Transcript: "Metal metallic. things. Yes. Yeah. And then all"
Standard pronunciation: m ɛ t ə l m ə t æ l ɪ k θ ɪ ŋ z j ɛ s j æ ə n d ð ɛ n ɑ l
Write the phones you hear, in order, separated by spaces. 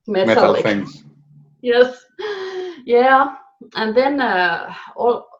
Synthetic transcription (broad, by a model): m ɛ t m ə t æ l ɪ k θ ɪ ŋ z j ɛ s j æ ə n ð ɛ n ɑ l